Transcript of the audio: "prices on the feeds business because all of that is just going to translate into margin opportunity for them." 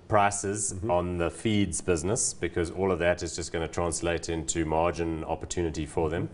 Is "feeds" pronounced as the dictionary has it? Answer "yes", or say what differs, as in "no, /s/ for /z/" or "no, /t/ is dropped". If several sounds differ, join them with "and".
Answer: yes